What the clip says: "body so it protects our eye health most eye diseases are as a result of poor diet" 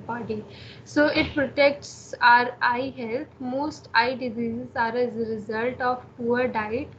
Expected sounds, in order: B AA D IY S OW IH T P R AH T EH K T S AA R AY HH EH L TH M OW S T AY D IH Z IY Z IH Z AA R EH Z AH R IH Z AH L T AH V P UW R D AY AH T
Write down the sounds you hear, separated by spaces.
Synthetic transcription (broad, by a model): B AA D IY S OW IH T P R AH T EH K T S AA R AY HH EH L T M OW S T AY D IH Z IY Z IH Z AA R EH Z AH R IH Z AH L T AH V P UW R D AY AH T